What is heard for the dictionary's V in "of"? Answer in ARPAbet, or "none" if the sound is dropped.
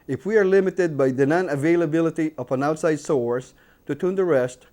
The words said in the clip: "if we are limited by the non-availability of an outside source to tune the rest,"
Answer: P